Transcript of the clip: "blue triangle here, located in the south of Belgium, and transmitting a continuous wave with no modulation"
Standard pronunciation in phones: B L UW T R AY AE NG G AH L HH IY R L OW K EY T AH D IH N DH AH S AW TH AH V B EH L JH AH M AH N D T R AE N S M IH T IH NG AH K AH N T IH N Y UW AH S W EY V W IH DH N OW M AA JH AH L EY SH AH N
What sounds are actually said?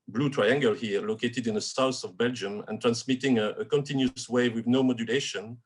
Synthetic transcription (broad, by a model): B L UW T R AY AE NG G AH L HH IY L OW K EY T AH D IH N DH AH S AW S AH V B EH L JH AH M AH N T R AE N S M IH T IH NG AH K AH N T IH N Y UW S W EY W IH DH N OW M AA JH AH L EY SH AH N